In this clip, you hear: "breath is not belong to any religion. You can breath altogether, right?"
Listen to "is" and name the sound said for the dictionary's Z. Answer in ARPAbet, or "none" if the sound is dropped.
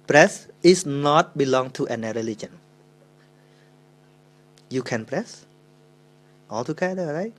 S